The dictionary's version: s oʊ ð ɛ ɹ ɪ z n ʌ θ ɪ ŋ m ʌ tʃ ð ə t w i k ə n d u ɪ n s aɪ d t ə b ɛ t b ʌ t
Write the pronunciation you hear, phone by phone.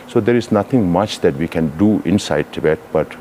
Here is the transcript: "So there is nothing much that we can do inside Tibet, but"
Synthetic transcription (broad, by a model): s oʊ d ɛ ɹ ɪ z n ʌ t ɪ ŋ m ʌ tʃ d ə t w i k ə n d u ɪ n s aɪ d t ə b ɛ t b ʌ t